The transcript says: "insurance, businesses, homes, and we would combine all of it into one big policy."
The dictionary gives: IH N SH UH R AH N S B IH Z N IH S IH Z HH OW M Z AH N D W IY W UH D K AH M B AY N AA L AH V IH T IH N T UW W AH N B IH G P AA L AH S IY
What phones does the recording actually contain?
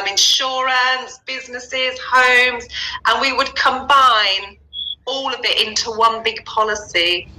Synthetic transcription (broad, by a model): IH N SH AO R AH N S B IH Z N IH S IH Z HH OW M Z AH N W IY W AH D K AH M B AY N AA L AH V IH T IH N T UW W AH N B IH G P AA L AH S IY